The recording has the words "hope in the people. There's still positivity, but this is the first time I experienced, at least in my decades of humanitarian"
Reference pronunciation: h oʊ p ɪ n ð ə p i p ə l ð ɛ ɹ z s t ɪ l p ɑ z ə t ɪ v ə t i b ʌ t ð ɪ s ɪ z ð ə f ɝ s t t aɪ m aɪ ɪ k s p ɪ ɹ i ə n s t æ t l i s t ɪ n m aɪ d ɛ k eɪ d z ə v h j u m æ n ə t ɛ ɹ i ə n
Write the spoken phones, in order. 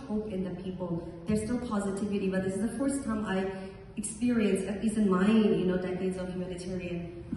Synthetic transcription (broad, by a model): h oʊ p ɪ n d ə p i p ə l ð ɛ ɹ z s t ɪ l p ɑ z ə t ɪ v ə t i b ʌ t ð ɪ s ɪ z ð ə f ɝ s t t aɪ m aɪ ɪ k s p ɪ ɹ i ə n s ʌ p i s ɪ n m aɪ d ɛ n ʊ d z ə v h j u m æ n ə t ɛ ɹ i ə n